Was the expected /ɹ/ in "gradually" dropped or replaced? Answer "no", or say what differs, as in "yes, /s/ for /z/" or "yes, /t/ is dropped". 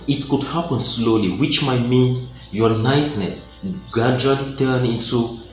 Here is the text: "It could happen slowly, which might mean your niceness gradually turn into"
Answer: yes, /ɹ/ is dropped